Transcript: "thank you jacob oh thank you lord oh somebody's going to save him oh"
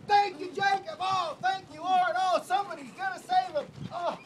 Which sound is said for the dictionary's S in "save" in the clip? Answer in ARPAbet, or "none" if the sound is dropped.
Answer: S